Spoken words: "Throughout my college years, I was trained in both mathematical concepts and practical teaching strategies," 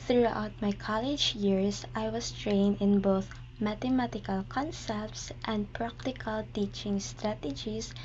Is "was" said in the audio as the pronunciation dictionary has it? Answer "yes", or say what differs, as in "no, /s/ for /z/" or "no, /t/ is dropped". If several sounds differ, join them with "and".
no, /s/ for /z/